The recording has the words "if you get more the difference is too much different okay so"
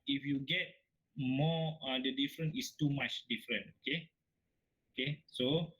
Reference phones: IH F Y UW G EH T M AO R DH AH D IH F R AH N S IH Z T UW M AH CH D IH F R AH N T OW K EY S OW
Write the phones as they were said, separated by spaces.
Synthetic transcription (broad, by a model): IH F Y UW G EH T M AO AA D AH D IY F R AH N IH S T UW M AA CH D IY F R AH N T OW K EY S OW